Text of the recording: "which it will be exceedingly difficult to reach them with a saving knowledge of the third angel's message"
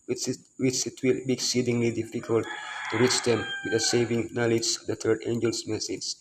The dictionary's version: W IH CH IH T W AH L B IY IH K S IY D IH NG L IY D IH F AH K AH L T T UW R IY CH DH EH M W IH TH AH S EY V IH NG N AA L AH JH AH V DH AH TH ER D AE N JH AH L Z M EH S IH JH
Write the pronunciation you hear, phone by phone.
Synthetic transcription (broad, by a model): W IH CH IH T W AH L B IY IH K S IY D IH NG L IY D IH F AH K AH L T T UW R IY CH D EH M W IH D AH S EY V IH NG N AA L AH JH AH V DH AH T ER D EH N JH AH L S M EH S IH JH